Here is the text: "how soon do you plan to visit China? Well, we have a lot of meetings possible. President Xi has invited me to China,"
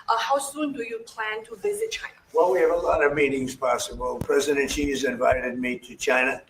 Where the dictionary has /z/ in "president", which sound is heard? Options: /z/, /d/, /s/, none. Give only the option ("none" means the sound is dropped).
/z/